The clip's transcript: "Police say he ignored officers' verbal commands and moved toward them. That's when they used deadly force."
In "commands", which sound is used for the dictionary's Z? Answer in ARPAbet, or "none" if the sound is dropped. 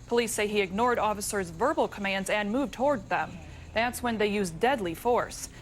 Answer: Z